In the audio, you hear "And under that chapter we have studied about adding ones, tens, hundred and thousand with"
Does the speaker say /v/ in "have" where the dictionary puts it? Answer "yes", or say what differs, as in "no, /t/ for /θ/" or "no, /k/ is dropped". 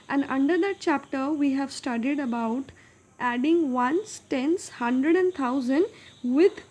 yes